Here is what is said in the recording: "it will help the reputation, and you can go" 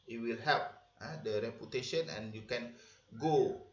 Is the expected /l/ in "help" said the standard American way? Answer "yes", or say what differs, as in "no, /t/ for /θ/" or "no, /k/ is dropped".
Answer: no, /l/ is dropped